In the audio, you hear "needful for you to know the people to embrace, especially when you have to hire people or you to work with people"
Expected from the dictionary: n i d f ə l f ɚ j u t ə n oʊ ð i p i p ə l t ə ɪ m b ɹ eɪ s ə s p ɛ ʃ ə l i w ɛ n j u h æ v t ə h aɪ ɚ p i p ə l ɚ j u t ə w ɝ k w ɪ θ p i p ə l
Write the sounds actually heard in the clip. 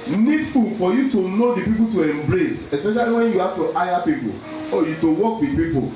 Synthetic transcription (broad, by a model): n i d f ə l f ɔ j u t ə n oʊ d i p i p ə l t ə ɪ m b ɹ eɪ s ə s p ɛ ʃ ə l i w ɛ n j u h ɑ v t ə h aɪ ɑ p i p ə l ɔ j u t ə w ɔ k w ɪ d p i p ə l